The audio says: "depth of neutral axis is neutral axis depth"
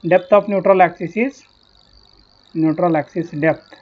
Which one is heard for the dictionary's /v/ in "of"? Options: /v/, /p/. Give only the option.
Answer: /p/